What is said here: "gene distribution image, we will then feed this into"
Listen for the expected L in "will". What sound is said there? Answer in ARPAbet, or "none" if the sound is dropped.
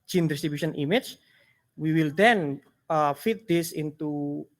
L